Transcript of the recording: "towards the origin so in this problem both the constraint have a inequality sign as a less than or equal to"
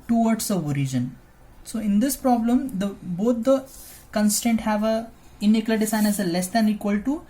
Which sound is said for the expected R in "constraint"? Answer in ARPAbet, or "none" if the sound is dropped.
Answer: none